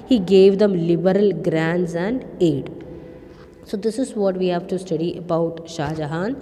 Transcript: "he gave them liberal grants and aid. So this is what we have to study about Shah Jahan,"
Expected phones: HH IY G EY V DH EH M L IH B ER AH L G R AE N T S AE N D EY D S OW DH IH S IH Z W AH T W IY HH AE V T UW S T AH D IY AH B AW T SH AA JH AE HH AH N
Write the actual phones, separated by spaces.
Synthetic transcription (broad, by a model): HH IY G EY V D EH M L IH B ER AH L G R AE N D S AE N D EY D S OW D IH S IH Z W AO T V IY HH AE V T UW S T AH D IY AH B AW T SH AA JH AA HH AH N